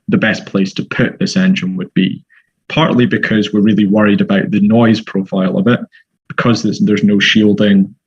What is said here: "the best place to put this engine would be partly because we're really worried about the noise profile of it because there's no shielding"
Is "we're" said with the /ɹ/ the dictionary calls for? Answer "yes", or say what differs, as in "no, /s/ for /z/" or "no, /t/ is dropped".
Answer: yes